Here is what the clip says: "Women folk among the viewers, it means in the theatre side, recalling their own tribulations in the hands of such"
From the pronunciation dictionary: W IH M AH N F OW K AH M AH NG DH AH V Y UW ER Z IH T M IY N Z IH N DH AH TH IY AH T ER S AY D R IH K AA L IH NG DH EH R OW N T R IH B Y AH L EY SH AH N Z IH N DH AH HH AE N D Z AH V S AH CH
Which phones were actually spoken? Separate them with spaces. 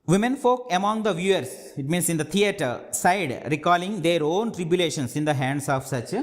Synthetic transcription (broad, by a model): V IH M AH N F OW K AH M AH NG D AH V Y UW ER S IH T M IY N S IH N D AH T IY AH T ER S AY D R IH K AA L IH NG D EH R OW N T R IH B Y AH L EY SH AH N S IH N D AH HH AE N D S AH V S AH CH